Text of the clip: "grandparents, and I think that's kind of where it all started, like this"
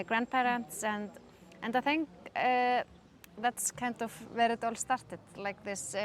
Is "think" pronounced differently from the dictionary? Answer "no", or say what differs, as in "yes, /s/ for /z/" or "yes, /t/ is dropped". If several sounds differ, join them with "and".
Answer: no